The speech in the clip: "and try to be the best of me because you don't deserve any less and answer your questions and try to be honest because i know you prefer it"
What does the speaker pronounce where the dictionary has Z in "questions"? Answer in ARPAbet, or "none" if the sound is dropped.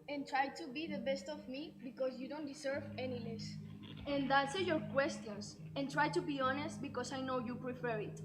S